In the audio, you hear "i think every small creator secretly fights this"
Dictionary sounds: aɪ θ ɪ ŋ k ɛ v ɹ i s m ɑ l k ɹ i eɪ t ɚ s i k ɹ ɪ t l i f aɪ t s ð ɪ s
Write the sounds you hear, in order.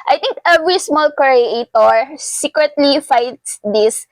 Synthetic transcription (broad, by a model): aɪ t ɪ ŋ k ɛ v ɹ i s m ɑ l k ɹ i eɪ t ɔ s i k ɹ ɪ t l i f aɪ t s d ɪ s